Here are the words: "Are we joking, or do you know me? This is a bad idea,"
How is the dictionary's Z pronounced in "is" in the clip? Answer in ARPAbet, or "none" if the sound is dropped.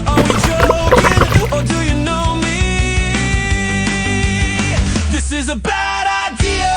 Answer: Z